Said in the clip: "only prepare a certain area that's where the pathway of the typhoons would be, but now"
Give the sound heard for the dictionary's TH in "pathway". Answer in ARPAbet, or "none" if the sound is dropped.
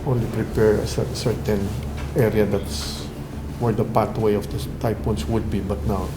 T